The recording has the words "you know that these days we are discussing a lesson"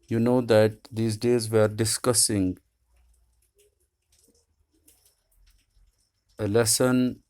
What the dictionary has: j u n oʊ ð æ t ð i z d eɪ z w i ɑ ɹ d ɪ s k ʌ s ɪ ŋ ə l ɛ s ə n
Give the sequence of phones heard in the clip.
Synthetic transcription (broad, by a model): j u n oʊ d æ t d i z d eɪ z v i ɹ d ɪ s k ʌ s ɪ ŋ ə l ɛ s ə n